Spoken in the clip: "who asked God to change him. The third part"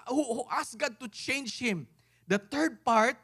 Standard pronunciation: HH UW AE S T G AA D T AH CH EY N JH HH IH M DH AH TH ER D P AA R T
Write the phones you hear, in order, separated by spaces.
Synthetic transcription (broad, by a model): HH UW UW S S G AA D T AH CH EY N JH HH IH M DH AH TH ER D P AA R T